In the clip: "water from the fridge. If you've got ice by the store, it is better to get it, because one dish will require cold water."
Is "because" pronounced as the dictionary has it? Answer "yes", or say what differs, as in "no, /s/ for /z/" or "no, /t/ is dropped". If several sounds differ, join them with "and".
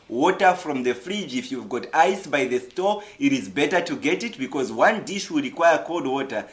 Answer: yes